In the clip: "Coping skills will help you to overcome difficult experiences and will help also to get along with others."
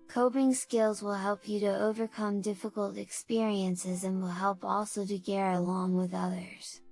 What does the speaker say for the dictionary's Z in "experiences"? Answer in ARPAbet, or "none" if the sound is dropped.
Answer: Z